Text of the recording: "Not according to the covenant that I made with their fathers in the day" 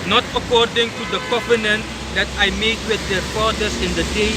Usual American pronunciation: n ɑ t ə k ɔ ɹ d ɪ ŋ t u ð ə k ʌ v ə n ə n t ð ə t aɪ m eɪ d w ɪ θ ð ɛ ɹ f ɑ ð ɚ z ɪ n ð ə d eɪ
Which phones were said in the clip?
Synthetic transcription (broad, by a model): n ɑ t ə k ɔ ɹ d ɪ ŋ t u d ə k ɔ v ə n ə n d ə t aɪ m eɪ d w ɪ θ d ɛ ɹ f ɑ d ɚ s ɪ n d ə d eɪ